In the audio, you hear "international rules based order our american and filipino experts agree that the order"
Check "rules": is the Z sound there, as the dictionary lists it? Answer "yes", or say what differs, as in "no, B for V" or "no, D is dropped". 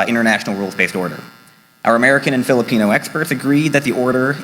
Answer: yes